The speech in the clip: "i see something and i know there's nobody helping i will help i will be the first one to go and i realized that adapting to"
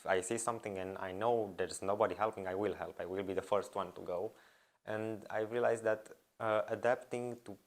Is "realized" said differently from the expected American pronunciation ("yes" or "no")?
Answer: yes